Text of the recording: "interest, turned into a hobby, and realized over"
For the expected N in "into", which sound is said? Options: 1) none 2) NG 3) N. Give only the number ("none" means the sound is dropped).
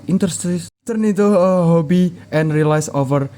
1